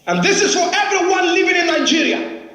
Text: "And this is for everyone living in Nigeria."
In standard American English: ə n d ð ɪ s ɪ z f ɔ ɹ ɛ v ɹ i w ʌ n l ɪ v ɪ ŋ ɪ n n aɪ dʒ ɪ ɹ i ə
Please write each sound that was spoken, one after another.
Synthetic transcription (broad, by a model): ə n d ð ɪ s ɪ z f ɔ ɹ ɛ v ɹ i w ʌ n l ɪ v ɪ ŋ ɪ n n aɪ dʒ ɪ ɹ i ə